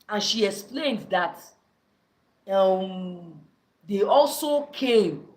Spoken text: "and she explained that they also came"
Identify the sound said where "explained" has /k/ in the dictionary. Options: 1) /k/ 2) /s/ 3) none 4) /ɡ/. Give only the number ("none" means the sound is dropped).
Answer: 1